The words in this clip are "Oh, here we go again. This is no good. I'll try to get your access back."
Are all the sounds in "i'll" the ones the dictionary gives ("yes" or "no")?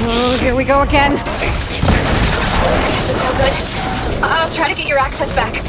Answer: yes